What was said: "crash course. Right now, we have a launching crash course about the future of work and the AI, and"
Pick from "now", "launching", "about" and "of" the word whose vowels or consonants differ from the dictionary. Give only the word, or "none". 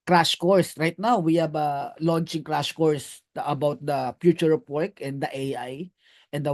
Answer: of